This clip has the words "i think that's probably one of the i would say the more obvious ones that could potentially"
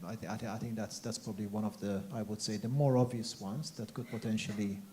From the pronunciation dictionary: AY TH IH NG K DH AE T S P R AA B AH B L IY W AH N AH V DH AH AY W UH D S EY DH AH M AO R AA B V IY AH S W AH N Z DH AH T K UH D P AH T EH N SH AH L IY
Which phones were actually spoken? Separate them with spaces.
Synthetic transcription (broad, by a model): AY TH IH NG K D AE T S P R AA B AH B L IY W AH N AH V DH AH AY W UH D S EY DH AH M AO R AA V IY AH S W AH N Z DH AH T K UH D P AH T EH N SH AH L IY